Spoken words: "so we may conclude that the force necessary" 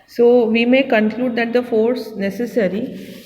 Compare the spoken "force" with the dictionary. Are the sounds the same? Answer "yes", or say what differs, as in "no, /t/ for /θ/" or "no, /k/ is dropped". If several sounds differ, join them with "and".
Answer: yes